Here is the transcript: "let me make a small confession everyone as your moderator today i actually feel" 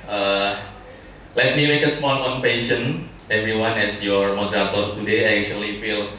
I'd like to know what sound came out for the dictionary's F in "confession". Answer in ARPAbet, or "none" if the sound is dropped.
P